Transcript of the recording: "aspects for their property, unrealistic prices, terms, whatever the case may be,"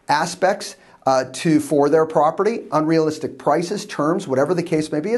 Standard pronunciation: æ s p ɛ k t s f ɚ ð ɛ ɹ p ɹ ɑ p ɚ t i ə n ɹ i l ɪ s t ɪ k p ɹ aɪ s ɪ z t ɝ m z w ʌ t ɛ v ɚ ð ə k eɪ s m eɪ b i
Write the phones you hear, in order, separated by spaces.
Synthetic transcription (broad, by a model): æ s p ɛ k t s f ɚ ð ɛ ɹ p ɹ ɑ p ɚ t i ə n ɹ i l ɪ s t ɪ k p ɹ aɪ s ɪ z t ɝ m z w ʌ t ɛ v ɚ ð ə k eɪ s m eɪ b i